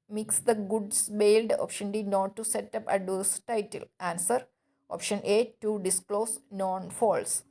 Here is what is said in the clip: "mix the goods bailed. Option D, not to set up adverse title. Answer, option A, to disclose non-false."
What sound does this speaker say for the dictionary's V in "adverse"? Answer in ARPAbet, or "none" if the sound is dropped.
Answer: none